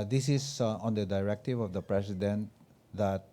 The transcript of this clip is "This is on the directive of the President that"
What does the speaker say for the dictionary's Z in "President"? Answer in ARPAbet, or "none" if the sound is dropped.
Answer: S